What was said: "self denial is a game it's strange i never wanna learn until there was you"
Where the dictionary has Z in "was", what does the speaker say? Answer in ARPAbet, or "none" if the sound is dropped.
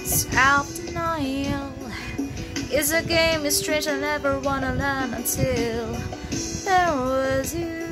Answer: Z